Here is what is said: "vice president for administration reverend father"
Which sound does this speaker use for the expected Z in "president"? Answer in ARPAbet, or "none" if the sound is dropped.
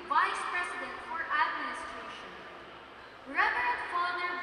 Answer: S